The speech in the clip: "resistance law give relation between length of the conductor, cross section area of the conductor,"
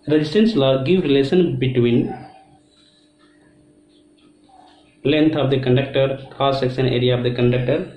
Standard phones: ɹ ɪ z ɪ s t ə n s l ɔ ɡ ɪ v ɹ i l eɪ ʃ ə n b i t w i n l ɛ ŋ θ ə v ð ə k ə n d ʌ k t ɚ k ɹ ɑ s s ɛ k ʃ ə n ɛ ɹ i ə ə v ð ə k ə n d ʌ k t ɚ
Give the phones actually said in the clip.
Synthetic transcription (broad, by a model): ɹ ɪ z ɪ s t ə n s l ɔ ɡ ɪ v ɹ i l eɪ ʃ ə n b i t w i n l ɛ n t ə v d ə k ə n d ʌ k t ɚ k ɑ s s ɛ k s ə n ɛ ɹ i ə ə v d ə k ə n d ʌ k t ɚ